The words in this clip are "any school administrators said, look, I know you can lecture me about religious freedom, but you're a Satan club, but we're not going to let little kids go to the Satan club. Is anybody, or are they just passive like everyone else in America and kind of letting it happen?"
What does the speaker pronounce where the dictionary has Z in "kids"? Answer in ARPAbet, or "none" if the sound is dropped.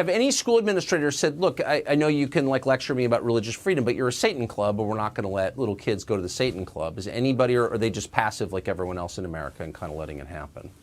Z